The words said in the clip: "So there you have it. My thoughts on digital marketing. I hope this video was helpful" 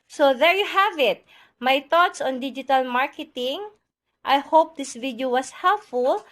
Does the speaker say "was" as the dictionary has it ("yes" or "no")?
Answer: no